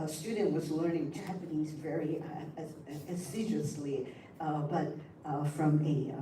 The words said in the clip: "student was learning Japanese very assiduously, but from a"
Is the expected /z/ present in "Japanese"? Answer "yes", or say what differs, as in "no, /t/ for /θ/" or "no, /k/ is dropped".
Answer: yes